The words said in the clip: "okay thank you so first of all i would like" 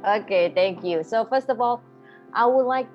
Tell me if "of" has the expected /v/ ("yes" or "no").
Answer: yes